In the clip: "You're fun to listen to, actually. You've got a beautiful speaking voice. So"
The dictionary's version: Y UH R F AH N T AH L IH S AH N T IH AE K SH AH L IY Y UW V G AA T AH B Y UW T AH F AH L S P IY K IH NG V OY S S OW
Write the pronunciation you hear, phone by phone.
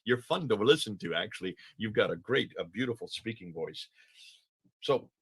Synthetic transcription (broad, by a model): Y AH R F AH N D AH L IH S AH N T IH AE K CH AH L IY Y UW V G AA T AH B Y UW T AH F L S P IY K IH NG V OY S S OW